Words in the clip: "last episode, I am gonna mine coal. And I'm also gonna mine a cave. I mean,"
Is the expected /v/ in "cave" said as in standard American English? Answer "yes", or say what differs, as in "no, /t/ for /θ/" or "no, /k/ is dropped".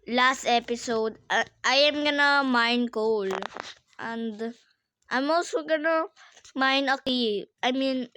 no, /v/ is dropped